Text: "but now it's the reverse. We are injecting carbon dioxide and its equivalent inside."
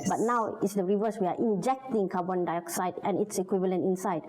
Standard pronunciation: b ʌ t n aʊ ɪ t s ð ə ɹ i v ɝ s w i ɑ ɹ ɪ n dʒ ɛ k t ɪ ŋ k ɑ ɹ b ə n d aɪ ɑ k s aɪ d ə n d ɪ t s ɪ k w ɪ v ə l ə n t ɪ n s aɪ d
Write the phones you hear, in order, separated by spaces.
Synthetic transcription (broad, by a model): b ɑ t n aʊ ɪ t s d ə ɹ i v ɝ s w i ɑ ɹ ɪ n dʒ ɛ k t ɪ ŋ k ɑ b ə n d aɪ ɑ k s aɪ d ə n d ɪ t s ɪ k w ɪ v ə l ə n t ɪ n s aɪ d